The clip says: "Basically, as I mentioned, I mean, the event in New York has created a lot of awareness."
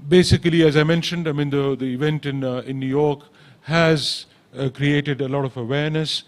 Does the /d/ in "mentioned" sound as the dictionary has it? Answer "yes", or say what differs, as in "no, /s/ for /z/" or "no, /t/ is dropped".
yes